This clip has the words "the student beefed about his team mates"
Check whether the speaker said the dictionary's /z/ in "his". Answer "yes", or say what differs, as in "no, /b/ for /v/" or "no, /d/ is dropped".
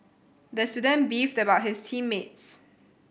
no, /s/ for /z/